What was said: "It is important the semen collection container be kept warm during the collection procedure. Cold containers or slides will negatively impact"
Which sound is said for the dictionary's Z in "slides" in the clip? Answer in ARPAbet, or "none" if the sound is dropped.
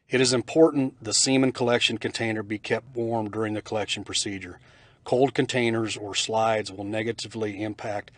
Z